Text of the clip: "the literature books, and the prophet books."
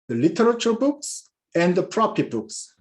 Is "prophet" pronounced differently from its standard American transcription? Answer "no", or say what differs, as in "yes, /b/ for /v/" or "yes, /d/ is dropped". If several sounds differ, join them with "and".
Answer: yes, /p/ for /f/